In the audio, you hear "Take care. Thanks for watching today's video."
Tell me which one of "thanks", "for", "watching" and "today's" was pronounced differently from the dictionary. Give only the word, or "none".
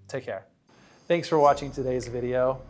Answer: none